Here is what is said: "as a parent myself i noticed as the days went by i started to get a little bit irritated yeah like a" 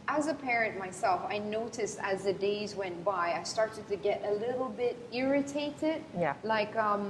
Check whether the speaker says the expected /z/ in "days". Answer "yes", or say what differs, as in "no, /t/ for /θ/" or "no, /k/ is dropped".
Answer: yes